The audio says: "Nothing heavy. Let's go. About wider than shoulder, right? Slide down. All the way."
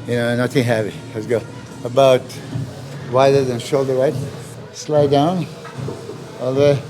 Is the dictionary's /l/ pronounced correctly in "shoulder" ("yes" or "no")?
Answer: yes